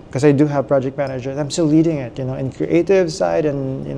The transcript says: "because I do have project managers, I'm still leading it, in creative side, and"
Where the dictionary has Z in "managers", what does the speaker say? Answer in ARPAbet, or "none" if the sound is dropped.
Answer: none